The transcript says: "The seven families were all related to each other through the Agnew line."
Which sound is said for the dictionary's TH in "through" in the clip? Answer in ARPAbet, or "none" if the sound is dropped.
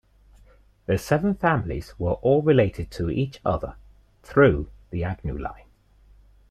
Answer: TH